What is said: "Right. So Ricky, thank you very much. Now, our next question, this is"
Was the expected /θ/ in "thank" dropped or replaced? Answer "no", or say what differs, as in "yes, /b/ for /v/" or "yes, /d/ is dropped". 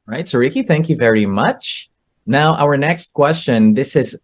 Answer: no